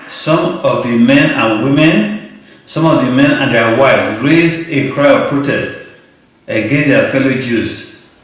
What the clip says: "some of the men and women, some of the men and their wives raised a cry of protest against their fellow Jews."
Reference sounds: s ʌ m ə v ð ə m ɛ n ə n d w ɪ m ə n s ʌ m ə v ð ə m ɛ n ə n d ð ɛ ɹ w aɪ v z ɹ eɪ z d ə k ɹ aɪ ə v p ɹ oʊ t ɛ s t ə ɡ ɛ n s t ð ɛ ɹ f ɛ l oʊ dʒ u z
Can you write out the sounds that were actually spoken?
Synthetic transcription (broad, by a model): s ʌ m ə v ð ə m ɛ n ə n w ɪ m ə n s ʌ m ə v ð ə m ɛ n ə n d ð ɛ w aɪ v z ɹ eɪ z ə k ɹ aɪ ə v p ɹ oʊ t ɛ s t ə ɡ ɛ n s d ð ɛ f ɛ l oʊ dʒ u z